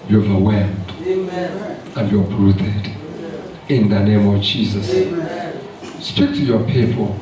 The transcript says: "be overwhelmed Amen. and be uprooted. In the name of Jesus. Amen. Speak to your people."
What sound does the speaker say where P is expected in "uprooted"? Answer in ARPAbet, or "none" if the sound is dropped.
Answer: B